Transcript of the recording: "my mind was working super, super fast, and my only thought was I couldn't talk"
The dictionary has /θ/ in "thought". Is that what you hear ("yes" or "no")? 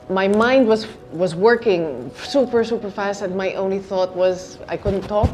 yes